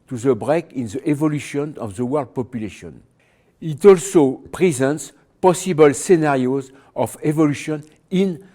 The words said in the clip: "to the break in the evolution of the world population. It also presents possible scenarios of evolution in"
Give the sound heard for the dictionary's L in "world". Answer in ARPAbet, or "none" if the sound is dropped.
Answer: L